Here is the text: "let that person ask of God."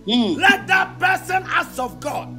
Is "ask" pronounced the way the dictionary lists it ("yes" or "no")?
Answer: no